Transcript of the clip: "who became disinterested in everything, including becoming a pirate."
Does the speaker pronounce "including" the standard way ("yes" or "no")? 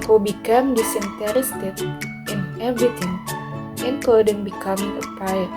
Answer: no